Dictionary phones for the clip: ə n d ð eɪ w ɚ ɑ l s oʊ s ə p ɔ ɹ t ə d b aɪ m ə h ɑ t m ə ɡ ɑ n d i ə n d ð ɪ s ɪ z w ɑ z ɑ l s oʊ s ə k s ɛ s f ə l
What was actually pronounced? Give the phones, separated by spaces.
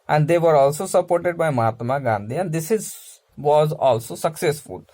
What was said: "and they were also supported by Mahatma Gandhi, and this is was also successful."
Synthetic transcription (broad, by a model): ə n d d eɪ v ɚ ɑ l s oʊ s ə p ɔ ɹ t ə d b aɪ m ə h ɑ t m ə ɡ ɑ n d i ə n d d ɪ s ɪ z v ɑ z ɑ l s oʊ s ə k s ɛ s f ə l